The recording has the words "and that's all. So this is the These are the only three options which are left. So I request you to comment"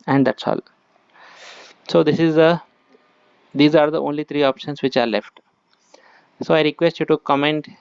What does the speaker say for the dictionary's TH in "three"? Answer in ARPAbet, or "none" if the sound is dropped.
T